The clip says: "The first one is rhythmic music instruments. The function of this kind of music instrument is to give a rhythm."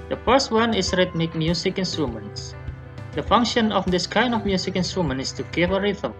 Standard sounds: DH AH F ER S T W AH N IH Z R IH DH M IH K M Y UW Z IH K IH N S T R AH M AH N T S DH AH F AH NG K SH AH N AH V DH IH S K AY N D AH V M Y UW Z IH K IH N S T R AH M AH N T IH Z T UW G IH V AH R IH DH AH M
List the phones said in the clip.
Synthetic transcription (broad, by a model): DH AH F ER S T W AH N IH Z R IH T M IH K M Y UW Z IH K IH N S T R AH M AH N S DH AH F AH NG K SH AH N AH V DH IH S K AY N D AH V M Y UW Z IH K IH N S T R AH M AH N IH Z T UW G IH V AH R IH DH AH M